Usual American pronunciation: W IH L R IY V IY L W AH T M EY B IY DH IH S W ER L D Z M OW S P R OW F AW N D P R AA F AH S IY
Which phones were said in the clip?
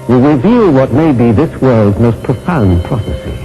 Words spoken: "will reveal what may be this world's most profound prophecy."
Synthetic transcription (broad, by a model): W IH R IY V IY L W AH T M EY B IY DH IH S W ER L D Z M OW S P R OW F AW N P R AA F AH S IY